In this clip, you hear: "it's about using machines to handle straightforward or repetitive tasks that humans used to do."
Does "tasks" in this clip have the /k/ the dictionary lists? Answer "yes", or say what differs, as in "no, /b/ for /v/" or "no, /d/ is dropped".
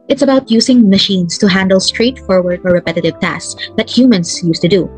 no, /k/ is dropped